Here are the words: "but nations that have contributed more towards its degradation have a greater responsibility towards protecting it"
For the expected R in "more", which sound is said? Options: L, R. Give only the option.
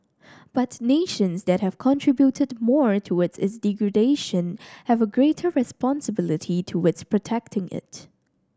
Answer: R